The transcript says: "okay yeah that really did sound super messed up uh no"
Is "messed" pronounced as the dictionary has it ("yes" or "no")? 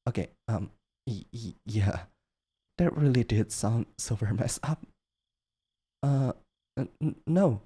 no